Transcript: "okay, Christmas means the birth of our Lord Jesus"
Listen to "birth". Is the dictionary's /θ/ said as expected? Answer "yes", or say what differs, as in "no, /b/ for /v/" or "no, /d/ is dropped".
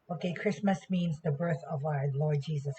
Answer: yes